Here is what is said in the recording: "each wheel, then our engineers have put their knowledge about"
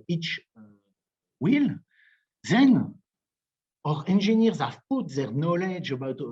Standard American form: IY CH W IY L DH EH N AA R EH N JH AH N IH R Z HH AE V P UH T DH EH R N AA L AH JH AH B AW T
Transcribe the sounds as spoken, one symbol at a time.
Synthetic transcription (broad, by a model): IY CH W IY L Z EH N AA R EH N ZH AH N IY R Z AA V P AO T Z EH R N AA L AH JH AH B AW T